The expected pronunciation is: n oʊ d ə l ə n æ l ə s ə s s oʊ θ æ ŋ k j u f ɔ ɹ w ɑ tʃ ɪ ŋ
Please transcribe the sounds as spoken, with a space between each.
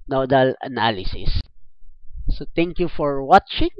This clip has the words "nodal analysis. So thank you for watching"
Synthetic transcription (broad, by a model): n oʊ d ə l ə n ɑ l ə s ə s s oʊ t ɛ ŋ k j u f ɔ ɹ w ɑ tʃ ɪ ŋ